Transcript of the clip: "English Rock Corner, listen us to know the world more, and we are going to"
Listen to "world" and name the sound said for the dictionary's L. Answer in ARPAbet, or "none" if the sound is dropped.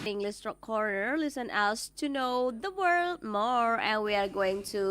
L